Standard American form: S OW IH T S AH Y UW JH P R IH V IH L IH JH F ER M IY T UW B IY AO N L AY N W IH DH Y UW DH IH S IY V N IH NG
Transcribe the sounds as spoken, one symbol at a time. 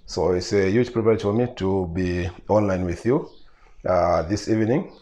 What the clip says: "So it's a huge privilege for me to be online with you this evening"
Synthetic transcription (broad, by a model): S OW IH T S AH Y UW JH P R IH P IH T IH F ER M IY T UW B IY AO N L AY N W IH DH Y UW DH IH S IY V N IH NG